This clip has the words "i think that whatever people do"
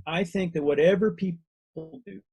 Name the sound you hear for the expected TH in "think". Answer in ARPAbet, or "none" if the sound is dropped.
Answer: TH